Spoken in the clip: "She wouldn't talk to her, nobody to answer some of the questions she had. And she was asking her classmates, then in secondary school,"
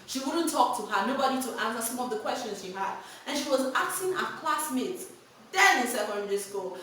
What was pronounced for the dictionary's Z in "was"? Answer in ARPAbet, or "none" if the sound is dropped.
Z